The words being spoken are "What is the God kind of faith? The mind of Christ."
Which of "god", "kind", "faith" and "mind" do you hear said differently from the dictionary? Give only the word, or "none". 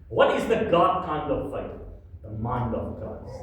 faith